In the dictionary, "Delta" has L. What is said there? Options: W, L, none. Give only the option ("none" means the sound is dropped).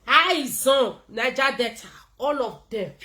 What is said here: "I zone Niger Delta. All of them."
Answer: none